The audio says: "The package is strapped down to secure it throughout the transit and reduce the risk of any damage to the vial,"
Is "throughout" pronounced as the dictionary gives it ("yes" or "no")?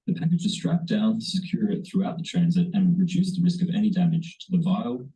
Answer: yes